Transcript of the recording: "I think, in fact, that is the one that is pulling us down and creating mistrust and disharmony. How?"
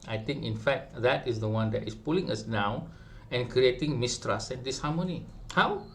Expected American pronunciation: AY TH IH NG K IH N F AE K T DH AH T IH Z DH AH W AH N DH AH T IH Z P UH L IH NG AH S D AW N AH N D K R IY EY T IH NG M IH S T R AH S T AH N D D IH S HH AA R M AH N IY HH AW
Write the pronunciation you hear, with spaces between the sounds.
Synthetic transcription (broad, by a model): AY T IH NG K IH N F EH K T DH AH T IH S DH AH W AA N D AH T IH S P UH L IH NG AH S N AW AH N K R IY EY T IH NG M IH S T R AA S AH N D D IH S HH AA M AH N IY HH AW